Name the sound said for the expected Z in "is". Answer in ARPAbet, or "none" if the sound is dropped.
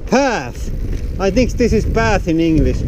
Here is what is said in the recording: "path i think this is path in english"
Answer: Z